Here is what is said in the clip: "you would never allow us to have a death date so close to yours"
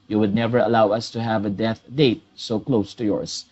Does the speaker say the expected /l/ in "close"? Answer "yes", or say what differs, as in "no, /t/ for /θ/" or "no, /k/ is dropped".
yes